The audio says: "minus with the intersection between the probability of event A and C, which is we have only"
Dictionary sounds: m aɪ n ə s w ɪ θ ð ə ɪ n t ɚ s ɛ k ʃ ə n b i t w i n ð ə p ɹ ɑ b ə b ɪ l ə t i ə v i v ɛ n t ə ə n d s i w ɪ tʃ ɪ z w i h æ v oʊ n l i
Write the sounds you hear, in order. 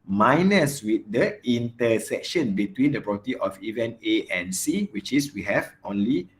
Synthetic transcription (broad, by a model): m aɪ n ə s w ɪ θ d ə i n t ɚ s ɛ k ʃ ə n b i t w i n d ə p ɹ ɑ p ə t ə t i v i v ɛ n ə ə n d s i w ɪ tʃ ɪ s w i h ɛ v oʊ n l i